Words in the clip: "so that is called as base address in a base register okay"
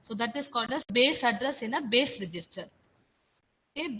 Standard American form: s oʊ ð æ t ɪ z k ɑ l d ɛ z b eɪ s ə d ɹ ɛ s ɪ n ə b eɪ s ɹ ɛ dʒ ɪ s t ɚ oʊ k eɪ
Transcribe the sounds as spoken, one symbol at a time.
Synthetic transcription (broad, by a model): s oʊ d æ t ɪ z k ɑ d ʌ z b eɪ s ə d ɹ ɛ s ɪ n ə b eɪ s ɹ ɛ dʒ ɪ s t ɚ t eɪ